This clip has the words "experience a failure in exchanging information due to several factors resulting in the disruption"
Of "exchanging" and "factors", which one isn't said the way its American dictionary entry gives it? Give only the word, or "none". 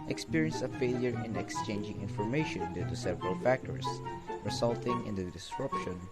factors